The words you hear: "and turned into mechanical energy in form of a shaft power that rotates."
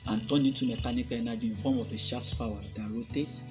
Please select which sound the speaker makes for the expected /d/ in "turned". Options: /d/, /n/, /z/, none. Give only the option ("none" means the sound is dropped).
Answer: none